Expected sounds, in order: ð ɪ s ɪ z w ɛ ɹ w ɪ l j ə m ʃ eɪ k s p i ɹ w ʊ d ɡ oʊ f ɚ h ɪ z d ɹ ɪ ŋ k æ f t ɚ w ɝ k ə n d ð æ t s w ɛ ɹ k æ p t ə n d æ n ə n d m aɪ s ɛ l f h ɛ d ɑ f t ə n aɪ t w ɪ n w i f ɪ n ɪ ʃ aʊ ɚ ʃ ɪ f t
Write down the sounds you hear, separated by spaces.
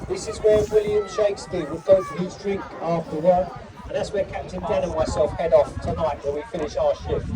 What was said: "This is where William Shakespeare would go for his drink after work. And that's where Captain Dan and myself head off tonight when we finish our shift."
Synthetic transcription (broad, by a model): ð ɪ s ɪ z w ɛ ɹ w ɪ l j ə m ʃ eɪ k s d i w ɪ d ɡ oʊ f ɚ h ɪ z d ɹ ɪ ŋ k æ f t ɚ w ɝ ə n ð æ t s w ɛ k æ p t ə n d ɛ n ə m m aɪ s ɛ l f h ɛ d ɑ f t ə n aɪ t w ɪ l w i f ɪ n ɪ ʃ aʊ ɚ ʃ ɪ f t